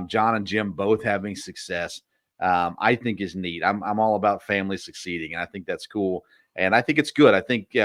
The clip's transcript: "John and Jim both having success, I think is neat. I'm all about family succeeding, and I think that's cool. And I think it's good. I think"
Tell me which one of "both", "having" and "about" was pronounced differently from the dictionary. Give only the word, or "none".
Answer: none